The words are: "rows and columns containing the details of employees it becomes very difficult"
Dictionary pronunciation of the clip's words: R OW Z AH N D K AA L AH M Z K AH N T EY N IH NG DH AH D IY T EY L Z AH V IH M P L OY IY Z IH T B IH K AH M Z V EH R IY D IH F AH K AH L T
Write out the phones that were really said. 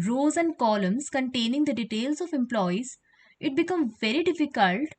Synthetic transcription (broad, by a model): R OW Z AH N D K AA L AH M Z K AH N T EY N IH NG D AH D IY T EY L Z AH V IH M P L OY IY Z IH T B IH K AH M V EH R IY D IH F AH K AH L T